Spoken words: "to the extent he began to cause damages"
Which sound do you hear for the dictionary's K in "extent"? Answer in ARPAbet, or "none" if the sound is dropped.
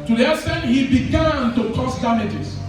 none